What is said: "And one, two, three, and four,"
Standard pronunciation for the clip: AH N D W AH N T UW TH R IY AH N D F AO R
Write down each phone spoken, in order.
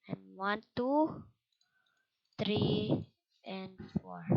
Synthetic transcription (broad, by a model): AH N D W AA N T UW T R IY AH N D F AO R